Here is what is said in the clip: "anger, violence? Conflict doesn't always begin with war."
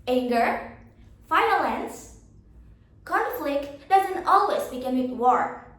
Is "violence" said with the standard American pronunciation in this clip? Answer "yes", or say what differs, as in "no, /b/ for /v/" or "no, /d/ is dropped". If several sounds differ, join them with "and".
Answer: no, /f/ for /v/